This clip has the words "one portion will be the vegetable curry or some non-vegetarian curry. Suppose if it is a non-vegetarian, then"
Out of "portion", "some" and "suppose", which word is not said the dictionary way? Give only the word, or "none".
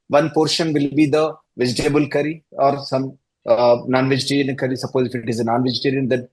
none